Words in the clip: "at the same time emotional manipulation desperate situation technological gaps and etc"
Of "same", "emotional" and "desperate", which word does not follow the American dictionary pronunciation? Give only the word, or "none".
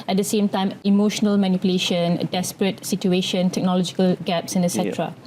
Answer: none